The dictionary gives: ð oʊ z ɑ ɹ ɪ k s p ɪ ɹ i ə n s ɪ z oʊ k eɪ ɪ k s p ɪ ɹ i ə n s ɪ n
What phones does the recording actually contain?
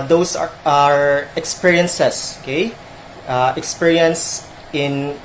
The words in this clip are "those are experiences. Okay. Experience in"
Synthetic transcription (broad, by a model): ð oʊ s ɑ ɹ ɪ k s p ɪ ɹ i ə n s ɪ s oʊ k eɪ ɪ k s p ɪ ɹ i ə n s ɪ n